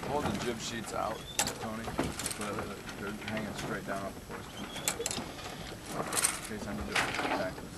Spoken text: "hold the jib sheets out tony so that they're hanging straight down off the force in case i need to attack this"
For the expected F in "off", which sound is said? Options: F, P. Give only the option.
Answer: P